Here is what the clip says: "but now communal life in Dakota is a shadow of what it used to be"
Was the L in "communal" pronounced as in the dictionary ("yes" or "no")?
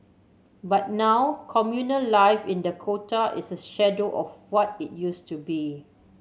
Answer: yes